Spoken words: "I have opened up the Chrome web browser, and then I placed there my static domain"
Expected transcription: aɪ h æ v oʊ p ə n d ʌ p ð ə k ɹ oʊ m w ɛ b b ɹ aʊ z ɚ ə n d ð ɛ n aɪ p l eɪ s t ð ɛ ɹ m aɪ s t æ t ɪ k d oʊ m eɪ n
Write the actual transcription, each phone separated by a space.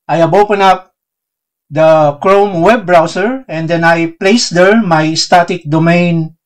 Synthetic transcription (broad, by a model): aɪ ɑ b oʊ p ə n ʌ p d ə k ɹ oʊ m w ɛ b b ɹ aʊ s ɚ ə n d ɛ n aɪ p l eɪ s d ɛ ɹ m aɪ s t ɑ t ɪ k d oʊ m eɪ n